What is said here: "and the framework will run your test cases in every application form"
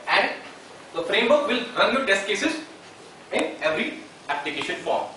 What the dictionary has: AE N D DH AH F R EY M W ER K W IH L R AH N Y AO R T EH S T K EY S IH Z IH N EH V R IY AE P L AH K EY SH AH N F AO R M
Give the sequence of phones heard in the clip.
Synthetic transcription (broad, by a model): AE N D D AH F R EY M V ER K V IH L R AH N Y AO T EH S T K EY S IH Z IH N EH V R IY AE P L AH K EY SH AH N F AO R M